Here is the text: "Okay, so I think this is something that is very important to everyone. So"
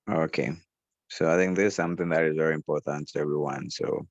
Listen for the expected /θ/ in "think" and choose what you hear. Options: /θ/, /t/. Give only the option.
/θ/